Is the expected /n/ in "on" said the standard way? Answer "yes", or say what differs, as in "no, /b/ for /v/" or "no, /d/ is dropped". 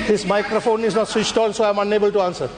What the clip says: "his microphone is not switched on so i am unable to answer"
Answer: no, /l/ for /n/